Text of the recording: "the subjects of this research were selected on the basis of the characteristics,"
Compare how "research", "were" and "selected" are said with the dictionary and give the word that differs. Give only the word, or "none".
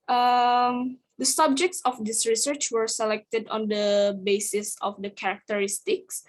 none